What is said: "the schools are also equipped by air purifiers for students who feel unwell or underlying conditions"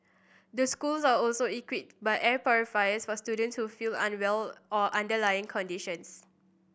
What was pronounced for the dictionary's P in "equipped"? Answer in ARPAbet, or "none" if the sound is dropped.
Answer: none